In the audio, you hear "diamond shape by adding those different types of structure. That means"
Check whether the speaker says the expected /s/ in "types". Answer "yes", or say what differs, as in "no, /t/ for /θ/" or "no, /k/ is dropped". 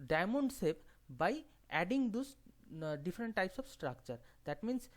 yes